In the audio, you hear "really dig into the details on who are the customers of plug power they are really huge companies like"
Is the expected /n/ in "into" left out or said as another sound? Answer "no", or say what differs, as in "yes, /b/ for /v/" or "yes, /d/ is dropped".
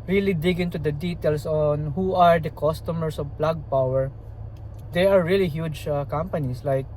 no